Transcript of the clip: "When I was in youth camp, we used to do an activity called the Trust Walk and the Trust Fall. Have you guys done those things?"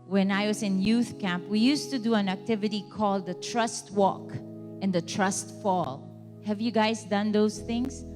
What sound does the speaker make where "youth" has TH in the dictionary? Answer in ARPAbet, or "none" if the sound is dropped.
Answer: TH